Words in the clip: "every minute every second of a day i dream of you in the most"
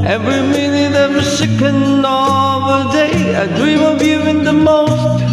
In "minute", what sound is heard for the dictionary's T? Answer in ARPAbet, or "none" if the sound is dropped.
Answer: none